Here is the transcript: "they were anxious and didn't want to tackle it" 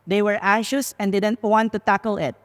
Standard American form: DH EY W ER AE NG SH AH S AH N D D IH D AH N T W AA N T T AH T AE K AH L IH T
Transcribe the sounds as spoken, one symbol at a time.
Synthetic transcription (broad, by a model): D EY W ER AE SH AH S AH N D D IH D AH N T W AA N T T AH T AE K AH L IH T